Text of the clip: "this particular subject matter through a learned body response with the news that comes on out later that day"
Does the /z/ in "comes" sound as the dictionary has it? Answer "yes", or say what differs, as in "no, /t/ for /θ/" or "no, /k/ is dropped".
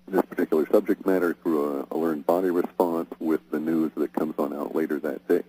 yes